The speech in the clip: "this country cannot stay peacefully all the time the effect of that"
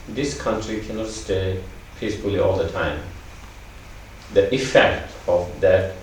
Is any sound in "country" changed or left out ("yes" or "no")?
no